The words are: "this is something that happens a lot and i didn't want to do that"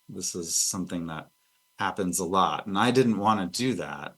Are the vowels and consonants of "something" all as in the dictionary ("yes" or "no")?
yes